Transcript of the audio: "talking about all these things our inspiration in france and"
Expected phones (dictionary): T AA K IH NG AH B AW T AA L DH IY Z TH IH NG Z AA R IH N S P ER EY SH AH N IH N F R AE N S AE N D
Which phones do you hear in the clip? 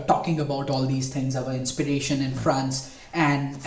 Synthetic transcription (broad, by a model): T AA K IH NG AH B AW T AA L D IY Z T IH NG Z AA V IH N S P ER EY SH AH N IH N F R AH N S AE N D